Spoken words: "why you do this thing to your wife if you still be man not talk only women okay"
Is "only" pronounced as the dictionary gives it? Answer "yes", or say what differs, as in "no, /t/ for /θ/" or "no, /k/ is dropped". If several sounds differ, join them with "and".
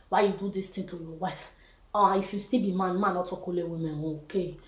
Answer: no, /n/ is dropped